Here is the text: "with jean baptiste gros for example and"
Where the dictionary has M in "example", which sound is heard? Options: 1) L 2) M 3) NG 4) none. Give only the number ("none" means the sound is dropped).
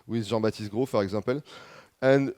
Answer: 4